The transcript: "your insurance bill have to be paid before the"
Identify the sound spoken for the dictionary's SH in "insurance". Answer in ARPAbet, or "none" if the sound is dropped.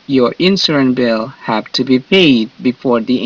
S